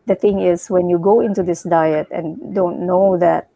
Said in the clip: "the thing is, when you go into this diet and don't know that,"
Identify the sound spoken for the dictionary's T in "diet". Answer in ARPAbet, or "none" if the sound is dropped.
T